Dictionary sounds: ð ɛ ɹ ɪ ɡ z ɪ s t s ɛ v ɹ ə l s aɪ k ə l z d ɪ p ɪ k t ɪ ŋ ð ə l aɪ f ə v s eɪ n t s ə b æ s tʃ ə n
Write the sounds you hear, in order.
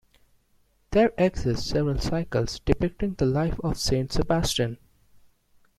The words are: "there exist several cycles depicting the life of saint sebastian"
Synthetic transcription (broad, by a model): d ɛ ɹ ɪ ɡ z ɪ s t s ɛ v ɹ ə l s aɪ k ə l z d ɪ p ɪ k t ɪ ŋ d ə l aɪ f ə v s eɪ n t s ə b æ s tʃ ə n